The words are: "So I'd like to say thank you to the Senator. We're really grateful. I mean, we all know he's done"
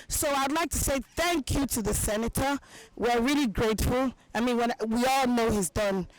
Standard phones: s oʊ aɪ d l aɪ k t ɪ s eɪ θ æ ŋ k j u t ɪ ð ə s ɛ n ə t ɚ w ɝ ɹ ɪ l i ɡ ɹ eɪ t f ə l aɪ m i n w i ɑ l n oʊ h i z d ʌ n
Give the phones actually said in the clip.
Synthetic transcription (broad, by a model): s oʊ aɪ d l aɪ k t ɪ s eɪ θ æ ŋ k j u t ɪ ð ə s ɛ n ə t ɚ w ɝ ɹ ɪ l i ɡ ɹ eɪ t f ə l aɪ m i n w i ɑ l n oʊ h i z d ʌ n